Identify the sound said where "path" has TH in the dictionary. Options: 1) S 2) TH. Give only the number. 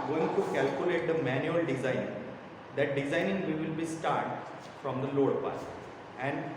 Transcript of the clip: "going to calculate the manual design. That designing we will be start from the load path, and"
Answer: 1